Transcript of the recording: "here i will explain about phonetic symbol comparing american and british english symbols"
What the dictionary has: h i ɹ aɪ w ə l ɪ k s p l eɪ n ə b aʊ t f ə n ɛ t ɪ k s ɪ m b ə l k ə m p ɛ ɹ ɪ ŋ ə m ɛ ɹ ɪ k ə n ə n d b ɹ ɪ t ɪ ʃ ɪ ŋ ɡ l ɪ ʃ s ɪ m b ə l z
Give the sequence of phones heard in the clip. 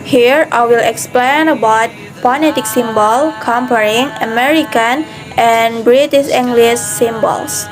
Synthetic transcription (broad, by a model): h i ɹ aɪ w ə l ɪ k s p l eɪ n ə b aʊ t p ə n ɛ t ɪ k s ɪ m b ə l k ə m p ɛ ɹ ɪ ŋ ə m ɛ ɹ ɪ k ə n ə n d b ɹ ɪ t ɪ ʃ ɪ ŋ ɡ l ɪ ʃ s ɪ m b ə l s